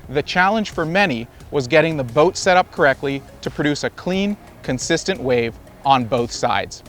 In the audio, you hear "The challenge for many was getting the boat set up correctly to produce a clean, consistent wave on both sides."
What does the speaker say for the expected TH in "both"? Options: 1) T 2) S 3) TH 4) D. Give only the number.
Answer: 3